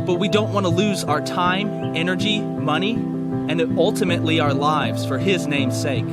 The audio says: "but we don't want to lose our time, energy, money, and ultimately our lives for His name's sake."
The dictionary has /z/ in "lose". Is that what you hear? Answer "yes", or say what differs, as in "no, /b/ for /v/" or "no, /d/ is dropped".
yes